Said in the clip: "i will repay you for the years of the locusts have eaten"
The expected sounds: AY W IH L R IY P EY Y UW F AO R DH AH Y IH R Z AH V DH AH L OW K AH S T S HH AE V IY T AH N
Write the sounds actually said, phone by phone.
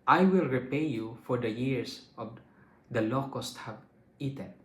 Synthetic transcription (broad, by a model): AY W IH L R IY P EY Y UW F AO R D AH Y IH R S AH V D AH L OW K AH S T HH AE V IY T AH N